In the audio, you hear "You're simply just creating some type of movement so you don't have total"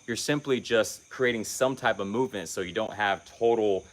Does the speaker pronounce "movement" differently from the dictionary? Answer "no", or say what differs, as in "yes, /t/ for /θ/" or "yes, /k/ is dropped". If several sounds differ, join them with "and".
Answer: no